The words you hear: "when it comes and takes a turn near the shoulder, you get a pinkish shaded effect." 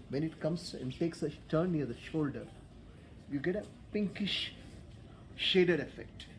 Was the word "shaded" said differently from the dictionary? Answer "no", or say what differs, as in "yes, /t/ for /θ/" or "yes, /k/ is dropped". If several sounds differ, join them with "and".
no